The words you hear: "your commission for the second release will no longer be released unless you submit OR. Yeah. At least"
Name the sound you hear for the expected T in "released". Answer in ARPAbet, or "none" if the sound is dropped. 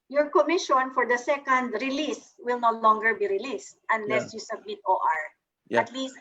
T